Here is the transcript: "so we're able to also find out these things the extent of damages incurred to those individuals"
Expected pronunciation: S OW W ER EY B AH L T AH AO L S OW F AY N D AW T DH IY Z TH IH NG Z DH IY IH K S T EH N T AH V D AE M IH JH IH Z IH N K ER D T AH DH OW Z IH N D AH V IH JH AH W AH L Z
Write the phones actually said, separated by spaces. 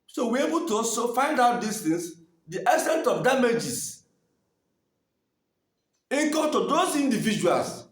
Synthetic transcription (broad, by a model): S OW W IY EY B AH L T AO S OW F AY N D AW T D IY S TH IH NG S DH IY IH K S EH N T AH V D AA M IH JH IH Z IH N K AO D T AH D OW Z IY N D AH V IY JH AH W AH L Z